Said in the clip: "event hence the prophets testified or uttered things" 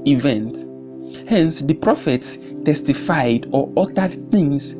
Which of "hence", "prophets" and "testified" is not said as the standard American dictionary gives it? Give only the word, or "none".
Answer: none